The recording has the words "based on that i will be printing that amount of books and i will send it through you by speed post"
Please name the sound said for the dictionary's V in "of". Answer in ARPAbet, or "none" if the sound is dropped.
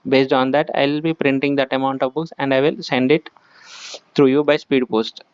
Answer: V